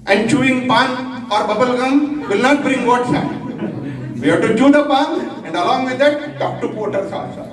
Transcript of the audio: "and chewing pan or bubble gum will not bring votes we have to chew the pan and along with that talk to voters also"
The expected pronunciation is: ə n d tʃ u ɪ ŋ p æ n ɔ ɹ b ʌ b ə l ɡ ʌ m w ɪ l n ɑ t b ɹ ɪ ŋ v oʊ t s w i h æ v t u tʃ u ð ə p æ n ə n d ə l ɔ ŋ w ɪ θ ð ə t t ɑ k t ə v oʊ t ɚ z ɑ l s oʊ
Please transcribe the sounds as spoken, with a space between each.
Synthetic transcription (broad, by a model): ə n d tʃ u ɪ ŋ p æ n ɔ ɹ b ʌ b ə l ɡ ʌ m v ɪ l n ɑ t b ɹ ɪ ŋ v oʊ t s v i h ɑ t u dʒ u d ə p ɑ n ə n d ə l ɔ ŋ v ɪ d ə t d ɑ k t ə p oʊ t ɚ s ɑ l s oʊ